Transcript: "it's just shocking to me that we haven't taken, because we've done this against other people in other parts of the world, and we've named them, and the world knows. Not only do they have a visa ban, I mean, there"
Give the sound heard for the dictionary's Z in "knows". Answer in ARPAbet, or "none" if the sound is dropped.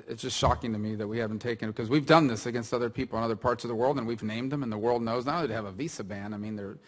Z